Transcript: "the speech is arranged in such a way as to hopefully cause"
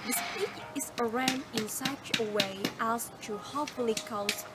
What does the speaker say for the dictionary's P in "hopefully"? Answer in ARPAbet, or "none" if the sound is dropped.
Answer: none